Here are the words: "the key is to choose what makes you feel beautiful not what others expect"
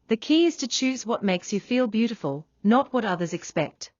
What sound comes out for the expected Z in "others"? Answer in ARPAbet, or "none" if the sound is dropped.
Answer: Z